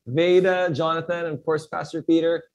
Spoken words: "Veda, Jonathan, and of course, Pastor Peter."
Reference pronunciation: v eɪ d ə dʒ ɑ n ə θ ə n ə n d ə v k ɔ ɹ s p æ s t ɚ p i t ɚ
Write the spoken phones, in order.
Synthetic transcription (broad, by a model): v eɪ d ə dʒ ɑ n ə θ ə n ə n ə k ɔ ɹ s p æ s t ɚ p i t ɚ